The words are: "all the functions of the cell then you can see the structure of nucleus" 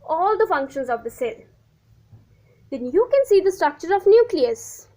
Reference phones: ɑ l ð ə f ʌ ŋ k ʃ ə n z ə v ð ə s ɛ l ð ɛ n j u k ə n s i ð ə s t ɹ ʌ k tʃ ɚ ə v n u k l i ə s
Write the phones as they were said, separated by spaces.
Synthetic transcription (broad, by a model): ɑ l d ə f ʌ ŋ k ʃ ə n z ə v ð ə s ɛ l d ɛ n j u k ə n s i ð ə s t ɹ ʌ k tʃ ɚ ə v n u k l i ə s